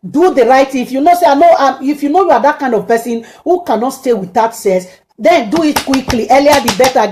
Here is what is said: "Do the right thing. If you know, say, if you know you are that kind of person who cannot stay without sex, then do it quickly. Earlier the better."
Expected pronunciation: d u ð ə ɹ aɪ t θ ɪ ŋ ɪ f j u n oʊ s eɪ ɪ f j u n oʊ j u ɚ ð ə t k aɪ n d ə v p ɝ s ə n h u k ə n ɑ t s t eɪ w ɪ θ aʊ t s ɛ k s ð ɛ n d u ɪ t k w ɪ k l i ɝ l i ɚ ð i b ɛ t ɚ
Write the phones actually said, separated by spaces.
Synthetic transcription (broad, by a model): d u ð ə ɹ aɪ t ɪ ɪ f j u n oʊ s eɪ ɪ f j u n oʊ j u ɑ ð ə t k aɪ n d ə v p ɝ s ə n h u k ə n ɑ t s t eɪ w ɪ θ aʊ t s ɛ s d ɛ n d u ɪ t k w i k l i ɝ l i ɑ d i b ɛ t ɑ